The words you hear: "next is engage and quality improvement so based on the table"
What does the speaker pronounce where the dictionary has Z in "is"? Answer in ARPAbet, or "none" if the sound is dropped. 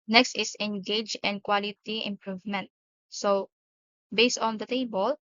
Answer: S